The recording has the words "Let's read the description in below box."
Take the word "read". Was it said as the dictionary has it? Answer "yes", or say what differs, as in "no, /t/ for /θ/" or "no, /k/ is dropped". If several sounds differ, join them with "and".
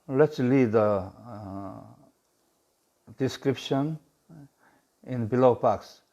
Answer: no, /l/ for /ɹ/